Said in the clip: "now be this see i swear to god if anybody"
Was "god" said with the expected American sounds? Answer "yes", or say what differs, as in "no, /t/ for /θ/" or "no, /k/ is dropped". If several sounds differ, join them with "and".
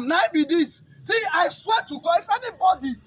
no, /d/ is dropped